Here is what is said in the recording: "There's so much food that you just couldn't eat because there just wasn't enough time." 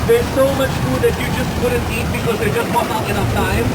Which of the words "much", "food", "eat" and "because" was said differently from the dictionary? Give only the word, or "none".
none